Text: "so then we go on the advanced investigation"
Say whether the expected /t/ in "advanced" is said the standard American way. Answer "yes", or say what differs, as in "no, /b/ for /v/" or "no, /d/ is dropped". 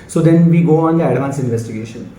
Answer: no, /t/ is dropped